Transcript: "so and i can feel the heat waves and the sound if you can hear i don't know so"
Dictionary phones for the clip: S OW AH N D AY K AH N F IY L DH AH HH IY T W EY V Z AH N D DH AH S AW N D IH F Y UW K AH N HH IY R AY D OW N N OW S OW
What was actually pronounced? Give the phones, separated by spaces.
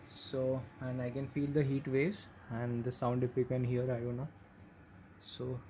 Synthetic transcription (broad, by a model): S OW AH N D AY K AH N F IY L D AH HH IY T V EY Z AH N D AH S AW N D IH F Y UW K AH N HH IY R AY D OW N N OW S OW